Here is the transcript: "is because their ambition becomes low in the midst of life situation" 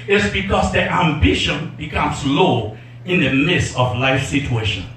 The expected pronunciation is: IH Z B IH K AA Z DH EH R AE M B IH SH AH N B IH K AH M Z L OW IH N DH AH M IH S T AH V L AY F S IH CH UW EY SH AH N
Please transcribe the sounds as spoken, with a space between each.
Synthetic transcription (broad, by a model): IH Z B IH K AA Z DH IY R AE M B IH SH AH N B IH K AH M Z L OW IH N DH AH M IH S AH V L AY F S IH CH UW EY SH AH N